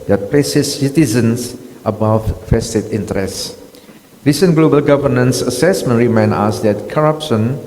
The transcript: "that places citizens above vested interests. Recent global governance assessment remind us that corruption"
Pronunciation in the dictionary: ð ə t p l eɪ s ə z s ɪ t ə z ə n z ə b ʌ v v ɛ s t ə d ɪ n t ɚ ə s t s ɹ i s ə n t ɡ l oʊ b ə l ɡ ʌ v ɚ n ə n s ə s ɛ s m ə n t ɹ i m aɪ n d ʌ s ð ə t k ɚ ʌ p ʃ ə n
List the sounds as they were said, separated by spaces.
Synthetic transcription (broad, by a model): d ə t p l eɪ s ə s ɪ t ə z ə n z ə b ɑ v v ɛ s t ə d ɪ n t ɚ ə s s ɹ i s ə n ɡ l oʊ b ə l ɡ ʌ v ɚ n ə n s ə s ɛ s m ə n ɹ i m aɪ n ɑ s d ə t k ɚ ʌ p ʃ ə n